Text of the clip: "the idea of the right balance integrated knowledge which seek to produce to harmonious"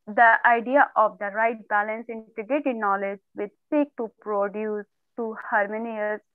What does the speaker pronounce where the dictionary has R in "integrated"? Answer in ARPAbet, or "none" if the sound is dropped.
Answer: none